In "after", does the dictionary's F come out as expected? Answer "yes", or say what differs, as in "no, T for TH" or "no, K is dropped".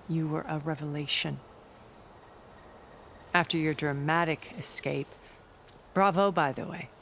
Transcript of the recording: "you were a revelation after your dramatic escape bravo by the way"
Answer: yes